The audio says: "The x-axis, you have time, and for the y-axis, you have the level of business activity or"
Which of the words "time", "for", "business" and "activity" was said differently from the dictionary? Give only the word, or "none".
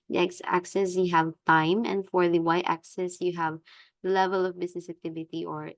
business